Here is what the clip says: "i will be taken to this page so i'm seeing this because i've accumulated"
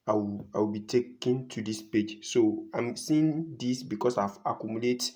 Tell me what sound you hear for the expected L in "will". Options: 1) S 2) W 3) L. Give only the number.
2